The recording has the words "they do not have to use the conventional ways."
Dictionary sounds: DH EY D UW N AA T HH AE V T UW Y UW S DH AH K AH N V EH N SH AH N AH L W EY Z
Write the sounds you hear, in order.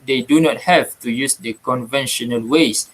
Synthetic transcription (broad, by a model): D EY D UW N AA T HH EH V T UW Y UW S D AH K AH N V EH N SH AH N AH L W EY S